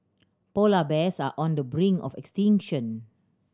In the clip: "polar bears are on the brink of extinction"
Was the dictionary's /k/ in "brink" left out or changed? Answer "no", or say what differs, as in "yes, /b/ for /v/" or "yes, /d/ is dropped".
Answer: yes, /k/ is dropped